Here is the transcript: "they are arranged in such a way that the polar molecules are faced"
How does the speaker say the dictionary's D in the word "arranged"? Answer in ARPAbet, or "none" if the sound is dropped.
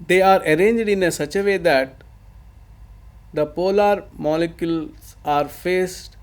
D